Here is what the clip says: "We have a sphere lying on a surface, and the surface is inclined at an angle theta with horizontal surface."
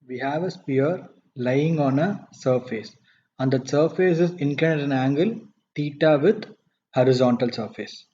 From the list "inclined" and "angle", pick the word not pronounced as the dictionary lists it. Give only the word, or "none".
inclined